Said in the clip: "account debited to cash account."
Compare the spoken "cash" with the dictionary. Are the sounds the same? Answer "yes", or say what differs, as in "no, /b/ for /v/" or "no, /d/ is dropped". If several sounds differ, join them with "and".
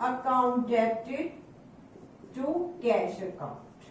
no, /s/ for /ʃ/